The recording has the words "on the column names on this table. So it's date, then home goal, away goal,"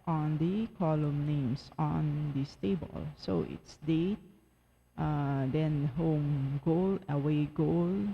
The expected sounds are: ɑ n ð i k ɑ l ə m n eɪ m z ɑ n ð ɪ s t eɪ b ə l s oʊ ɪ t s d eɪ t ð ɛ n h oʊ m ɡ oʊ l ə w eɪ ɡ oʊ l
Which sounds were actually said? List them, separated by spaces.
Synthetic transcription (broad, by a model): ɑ n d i k ɑ l ə m n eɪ m s ɑ n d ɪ s t eɪ b ə l s oʊ ɪ t s d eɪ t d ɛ n h oʊ m ɡ oʊ l ə w eɪ ɡ oʊ l